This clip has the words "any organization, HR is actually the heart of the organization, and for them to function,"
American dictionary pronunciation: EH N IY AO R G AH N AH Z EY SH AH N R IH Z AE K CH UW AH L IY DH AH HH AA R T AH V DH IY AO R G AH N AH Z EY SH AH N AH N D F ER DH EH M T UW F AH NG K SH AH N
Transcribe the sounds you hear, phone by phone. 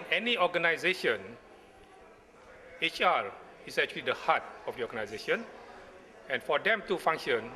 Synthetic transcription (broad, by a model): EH N IY AO G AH N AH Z EY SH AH N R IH S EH K CH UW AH L IY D AH HH AA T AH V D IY AO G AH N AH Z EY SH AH N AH N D F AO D EH M T UW F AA NG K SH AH N